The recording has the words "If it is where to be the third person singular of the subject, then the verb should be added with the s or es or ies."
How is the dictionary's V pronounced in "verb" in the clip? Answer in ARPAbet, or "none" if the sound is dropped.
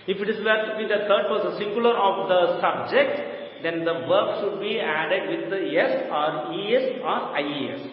V